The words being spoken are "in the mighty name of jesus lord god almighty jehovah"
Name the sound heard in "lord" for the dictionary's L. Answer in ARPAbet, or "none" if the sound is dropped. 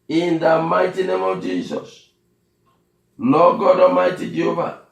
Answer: N